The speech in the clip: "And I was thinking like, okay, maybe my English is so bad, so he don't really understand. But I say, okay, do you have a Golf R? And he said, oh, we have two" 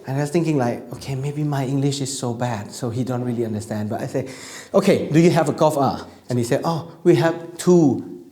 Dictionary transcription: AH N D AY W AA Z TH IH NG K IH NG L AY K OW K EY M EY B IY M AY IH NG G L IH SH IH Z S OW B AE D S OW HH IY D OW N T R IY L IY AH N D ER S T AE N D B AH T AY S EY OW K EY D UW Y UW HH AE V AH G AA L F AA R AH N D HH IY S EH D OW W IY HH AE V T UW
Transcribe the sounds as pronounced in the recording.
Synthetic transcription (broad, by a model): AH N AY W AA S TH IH NG K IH NG L AY K OW K EY M EY B IY M AY IH NG G L IH SH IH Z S OW B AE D S OW HH IY D OW N T R IY L IY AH N D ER S T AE N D B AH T AY S EY OW K EY D UW Y UW HH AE V AH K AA F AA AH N HH IY S EH D OW W IY HH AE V T UW